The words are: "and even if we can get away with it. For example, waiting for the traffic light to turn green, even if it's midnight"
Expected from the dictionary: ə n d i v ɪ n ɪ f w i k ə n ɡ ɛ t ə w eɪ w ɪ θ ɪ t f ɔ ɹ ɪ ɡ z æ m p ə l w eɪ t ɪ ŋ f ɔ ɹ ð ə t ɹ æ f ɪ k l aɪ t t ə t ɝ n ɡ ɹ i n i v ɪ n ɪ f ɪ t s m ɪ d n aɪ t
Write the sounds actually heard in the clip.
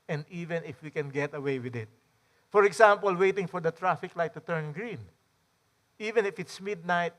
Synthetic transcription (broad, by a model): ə n d i v ɪ n ɪ f w i k ə n ɡ ɛ t ə w eɪ w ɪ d ɪ t f ɔ ɹ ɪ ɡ s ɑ m p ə l w eɪ t ɪ ŋ f ɔ ɹ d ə t ɹ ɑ f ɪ k l aɪ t t ə t ɝ n ɡ ɹ i n i v ɪ n ɪ f ɪ t s m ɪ d n aɪ t